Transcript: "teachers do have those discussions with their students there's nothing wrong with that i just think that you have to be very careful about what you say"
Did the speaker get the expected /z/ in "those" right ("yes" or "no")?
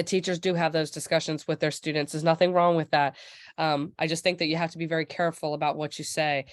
yes